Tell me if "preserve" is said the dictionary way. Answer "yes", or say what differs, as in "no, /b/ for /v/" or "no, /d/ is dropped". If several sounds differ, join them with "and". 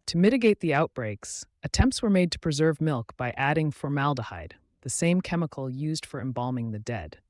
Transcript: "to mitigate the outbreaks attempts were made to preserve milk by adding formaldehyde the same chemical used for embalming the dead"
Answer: yes